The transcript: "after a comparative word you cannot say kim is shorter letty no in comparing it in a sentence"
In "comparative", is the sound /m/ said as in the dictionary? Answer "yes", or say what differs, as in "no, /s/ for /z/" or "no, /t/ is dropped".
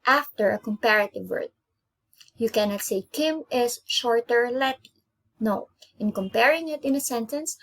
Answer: yes